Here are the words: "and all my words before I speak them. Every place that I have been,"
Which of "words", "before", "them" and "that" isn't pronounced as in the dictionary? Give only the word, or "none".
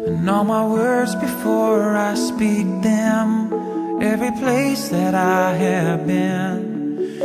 none